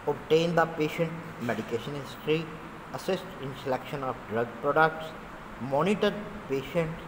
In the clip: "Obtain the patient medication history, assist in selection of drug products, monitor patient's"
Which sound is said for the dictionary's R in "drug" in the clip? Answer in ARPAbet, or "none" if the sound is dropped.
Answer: R